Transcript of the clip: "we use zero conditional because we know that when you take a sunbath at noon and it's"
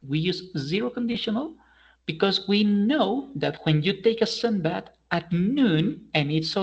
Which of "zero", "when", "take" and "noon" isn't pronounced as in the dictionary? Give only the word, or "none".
none